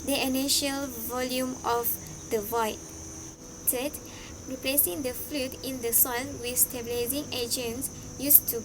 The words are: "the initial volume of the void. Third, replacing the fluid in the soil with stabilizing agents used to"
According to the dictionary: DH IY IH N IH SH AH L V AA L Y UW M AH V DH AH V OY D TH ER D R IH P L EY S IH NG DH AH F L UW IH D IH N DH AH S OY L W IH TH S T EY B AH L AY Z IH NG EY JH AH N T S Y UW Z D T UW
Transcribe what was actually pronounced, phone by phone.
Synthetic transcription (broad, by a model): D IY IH N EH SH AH L V AA L Y UW M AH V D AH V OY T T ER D R IH P L EY S IH NG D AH F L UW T IH N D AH S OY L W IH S T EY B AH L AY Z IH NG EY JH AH N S Y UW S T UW